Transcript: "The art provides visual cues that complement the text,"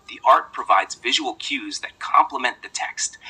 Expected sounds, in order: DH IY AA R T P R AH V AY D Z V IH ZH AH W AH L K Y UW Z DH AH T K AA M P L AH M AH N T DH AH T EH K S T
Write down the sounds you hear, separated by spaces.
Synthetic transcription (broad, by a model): DH IY AA R T P R AH V AY D Z V IH ZH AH W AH L K Y UW Z DH AH T K AA M P L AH M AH N DH AH T EH K S T